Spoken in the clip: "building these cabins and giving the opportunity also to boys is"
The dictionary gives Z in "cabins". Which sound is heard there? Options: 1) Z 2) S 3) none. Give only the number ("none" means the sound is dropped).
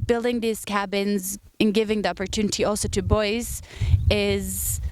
1